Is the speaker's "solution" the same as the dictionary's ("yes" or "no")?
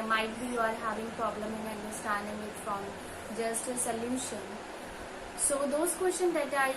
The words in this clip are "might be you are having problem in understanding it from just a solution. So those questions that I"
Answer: no